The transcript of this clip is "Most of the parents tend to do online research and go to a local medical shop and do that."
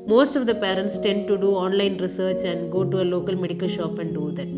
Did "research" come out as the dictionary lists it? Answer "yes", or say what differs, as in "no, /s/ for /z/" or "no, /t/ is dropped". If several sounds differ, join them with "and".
yes